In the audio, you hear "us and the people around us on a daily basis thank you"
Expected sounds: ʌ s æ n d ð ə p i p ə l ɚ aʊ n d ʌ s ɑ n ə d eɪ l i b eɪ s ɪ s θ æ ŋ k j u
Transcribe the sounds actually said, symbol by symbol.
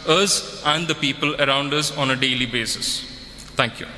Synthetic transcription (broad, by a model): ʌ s æ n d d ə p i p ə l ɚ aʊ n d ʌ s ɑ n ə d eɪ l i b eɪ s ɪ s t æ ŋ k j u